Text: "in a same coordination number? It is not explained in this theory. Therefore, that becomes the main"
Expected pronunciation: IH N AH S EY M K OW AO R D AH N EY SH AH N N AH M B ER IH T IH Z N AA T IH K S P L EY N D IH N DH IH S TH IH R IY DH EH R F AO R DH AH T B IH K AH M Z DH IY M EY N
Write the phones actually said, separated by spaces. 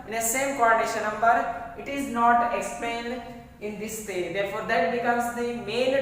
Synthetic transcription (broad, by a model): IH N AH S EY M K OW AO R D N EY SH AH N N AH M B ER IH T IH Z N AA T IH K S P EY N D IH N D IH S T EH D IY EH R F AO R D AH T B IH K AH M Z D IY M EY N